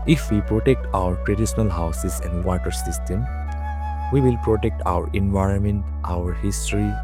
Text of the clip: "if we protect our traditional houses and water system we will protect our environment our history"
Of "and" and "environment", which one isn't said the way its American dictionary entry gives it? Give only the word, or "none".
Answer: none